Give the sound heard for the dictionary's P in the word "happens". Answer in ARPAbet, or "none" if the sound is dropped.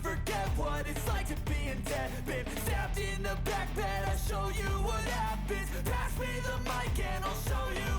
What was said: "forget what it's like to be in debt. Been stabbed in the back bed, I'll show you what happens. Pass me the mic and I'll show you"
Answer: B